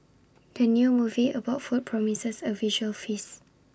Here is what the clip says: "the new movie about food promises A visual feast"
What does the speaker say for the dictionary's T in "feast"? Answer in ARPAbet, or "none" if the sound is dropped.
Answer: none